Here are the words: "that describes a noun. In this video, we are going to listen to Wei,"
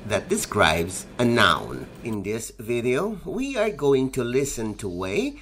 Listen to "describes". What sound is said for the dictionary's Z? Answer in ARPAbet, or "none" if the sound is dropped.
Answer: Z